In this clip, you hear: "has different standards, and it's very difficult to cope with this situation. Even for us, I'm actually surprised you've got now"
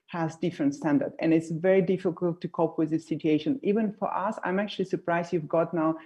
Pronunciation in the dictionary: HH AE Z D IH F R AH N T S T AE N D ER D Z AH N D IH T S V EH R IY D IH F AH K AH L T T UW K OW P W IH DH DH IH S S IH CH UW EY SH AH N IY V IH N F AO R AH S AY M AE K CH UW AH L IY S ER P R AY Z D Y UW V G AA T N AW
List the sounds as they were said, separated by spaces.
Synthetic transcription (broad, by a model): HH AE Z D IH F R AH N T S T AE N D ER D AH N IH T S V EH R IY D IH F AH K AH L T T UW K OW P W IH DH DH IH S S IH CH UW EY SH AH N IY V IH N F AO R AH S AY M AE K CH UW AH L IY S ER P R AY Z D Y UW V G AA T N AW